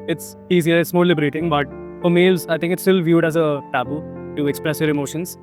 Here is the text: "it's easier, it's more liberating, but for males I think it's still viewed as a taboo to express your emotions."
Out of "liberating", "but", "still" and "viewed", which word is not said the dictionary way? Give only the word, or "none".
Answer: none